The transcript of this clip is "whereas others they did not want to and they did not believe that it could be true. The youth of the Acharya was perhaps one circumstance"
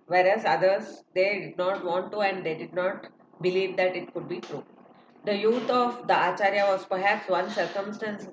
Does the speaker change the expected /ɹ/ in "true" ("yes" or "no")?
no